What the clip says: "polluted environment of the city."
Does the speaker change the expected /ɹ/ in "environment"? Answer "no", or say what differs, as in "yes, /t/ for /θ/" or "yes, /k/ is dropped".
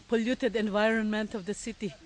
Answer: no